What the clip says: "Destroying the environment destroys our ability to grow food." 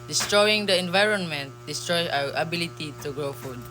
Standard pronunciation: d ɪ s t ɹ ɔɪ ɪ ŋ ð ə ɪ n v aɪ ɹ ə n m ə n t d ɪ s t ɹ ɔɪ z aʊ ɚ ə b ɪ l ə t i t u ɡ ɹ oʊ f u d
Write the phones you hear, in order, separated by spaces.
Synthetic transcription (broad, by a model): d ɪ s t ɹ ɔɪ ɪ ŋ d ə ɪ n v aɪ ɹ ə n m ə n t d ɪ s t ɹ ɔɪ aʊ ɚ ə b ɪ l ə t i t u ɡ ɹ oʊ f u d